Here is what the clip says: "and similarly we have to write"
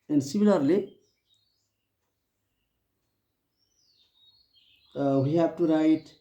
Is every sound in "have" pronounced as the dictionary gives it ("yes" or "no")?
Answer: no